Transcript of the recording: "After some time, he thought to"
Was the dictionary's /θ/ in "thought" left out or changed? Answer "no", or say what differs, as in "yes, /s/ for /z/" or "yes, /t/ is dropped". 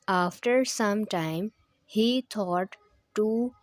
yes, /t/ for /θ/